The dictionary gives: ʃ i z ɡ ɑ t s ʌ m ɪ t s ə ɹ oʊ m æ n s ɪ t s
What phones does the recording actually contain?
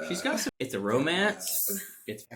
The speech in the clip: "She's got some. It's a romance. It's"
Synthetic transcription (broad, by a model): ʃ i z ɡ ɑ t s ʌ ɪ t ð ə ɹ oʊ m æ n s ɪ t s